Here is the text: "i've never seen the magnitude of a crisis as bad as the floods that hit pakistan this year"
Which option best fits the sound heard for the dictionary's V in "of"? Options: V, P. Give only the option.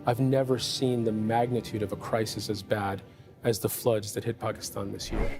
V